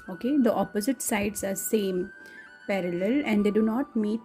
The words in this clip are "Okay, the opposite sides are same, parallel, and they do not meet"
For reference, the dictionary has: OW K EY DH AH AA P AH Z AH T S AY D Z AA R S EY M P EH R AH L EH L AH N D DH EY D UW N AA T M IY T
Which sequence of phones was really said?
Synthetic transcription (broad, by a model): OW K EY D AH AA P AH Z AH T S AY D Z AA R S EY M P EH R AH L EH L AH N D EY D UW N AA T M IY T